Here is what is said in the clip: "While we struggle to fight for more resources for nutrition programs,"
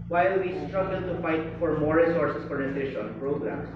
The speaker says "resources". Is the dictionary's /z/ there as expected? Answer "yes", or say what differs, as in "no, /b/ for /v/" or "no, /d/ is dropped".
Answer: no, /s/ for /z/